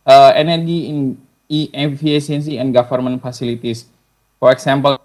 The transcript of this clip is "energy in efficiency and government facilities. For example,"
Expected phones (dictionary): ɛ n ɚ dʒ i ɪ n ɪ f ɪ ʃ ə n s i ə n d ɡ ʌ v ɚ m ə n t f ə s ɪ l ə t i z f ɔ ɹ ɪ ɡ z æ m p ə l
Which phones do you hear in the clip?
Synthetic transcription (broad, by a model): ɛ n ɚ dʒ i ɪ n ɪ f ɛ s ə n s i ə n d ɡ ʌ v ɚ m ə n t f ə s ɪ l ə t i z f ɔ ɹ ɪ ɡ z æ m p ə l